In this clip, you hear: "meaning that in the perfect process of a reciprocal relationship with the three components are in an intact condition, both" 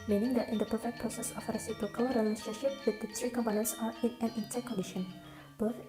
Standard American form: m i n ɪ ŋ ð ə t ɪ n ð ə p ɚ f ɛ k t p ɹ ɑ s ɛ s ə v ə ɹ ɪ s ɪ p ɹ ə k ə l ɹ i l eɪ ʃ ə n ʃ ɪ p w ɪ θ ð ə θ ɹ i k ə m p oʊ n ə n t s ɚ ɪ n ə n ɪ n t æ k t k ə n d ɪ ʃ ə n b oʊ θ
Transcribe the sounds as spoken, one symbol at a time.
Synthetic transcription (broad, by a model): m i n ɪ ŋ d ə t ɪ n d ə p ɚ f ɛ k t p ɹ ɑ s ɛ s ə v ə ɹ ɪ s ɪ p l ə k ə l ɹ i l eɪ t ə ʃ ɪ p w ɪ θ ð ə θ ɹ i k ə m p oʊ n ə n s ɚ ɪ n ə n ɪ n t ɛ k k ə n d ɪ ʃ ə n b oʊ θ